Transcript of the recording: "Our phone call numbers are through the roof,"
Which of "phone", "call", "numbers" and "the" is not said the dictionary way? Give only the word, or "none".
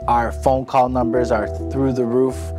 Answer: none